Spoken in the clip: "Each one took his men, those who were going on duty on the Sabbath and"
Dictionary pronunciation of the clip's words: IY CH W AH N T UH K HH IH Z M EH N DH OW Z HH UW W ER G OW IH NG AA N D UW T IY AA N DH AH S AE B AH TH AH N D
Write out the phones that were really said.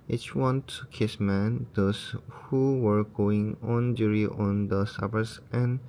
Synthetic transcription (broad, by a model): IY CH W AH N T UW K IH S M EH N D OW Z HH UW W ER G OW IH NG AA N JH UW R IY AA N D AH S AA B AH S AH N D